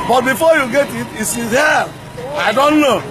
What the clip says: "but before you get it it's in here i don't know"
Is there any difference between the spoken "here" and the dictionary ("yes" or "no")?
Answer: yes